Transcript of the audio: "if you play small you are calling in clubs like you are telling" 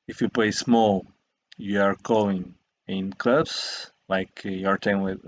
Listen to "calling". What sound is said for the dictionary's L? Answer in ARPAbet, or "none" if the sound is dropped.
none